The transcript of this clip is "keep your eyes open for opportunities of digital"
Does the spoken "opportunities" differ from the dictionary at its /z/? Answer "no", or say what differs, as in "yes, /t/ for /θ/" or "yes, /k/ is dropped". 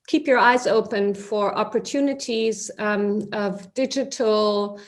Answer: no